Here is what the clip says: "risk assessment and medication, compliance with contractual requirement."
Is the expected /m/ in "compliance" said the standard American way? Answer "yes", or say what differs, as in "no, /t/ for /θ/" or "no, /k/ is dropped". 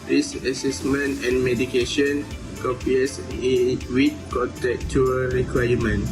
no, /m/ is dropped